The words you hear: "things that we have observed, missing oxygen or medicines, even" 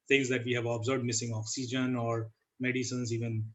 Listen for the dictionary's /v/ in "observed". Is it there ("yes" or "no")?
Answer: no